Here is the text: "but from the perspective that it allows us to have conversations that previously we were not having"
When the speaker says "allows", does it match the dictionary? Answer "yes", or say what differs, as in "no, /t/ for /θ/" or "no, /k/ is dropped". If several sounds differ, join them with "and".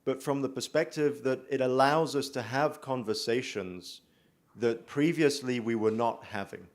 yes